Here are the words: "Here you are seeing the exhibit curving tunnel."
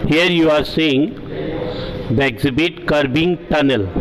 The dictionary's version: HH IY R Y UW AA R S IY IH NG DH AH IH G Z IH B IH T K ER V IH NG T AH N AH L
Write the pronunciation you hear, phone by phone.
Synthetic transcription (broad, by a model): HH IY R Y UW AA R S IY IH NG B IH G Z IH B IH T K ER B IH NG T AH N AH L